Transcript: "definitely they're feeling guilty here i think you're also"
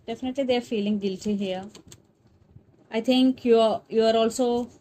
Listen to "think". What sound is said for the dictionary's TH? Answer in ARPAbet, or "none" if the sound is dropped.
T